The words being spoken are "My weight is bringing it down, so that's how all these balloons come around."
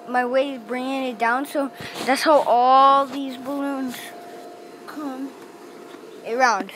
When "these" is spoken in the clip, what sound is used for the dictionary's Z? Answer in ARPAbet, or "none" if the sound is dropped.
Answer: Z